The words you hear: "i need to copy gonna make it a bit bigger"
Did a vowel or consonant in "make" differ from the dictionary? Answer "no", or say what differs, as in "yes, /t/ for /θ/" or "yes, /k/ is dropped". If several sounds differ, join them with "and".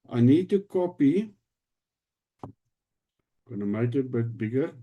yes, /k/ is dropped